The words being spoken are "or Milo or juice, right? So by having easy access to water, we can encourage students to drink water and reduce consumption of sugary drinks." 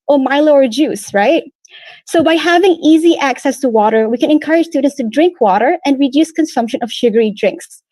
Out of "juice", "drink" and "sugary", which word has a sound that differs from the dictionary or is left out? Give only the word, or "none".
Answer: none